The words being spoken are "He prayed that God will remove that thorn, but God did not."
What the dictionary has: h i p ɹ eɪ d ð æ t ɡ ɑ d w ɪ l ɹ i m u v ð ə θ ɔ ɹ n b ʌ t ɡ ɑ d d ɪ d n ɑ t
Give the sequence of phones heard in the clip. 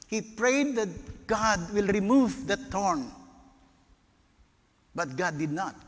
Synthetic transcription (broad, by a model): h i p ɹ eɪ d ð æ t ɡ ɑ d w ɪ l ɹ i m u v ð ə t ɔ ɹ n b ʌ t ɡ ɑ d d ɪ d n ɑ t